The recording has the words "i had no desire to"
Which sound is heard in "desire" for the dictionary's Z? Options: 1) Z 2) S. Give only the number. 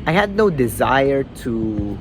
1